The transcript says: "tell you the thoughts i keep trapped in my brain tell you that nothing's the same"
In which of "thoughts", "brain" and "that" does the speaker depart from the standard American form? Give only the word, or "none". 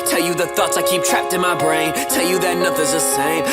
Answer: none